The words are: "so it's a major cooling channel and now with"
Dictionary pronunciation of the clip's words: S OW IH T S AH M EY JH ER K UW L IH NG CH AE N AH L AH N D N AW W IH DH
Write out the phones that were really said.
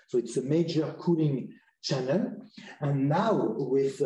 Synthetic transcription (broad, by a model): S OW IH T S AH M EY JH ER K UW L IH NG CH AE N AH L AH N N AW W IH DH